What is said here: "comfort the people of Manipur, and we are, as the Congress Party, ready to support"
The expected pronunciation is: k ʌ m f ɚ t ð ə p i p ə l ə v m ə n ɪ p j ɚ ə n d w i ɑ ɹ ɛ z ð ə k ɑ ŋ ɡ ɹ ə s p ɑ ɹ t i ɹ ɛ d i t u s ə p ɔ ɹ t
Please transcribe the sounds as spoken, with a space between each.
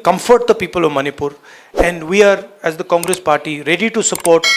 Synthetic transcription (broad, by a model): k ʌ m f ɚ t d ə p i p ə l ə v m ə n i p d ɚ ə n d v i ɑ ɹ ɛ z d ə k ɑ ŋ ɡ ɹ ə s p ɑ ɹ t i ɹ ɛ d i t u s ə p ɔ ɹ t